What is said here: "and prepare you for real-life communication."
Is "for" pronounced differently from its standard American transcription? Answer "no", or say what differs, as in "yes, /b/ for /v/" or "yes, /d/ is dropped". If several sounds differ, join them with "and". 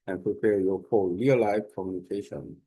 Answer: yes, /l/ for /ɹ/